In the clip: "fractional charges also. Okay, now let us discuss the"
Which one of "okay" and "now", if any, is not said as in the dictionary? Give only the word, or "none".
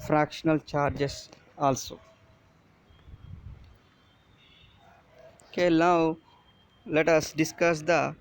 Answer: now